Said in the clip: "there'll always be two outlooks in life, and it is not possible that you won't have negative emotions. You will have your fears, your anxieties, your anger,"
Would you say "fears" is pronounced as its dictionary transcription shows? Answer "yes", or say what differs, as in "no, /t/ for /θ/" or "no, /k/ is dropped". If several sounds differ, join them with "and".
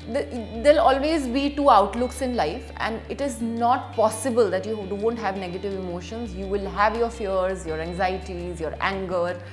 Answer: yes